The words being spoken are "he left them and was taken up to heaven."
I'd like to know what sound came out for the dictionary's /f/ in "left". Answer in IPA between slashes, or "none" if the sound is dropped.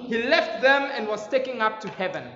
/f/